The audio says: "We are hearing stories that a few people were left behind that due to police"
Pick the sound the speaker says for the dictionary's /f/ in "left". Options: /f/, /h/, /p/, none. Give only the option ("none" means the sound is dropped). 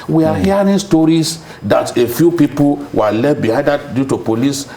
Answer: none